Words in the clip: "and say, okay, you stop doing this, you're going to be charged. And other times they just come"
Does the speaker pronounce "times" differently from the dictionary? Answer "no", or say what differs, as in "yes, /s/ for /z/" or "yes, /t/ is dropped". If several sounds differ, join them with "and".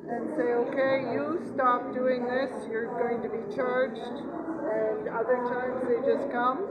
no